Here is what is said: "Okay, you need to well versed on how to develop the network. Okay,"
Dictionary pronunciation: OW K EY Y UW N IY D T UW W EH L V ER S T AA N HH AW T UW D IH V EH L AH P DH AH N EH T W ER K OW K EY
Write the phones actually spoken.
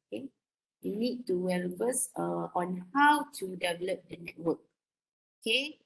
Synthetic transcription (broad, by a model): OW K EY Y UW N IY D T UW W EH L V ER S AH AA N HH AW T UW D IH V EH L AH P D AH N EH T W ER K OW K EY